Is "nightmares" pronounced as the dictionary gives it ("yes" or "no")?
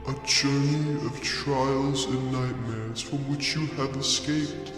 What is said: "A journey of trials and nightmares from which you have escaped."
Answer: yes